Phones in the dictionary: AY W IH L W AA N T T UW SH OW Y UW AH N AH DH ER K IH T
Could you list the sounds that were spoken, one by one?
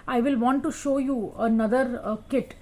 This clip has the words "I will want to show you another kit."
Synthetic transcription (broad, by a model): AY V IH L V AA N T T UW SH OW Y UW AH N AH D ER K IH T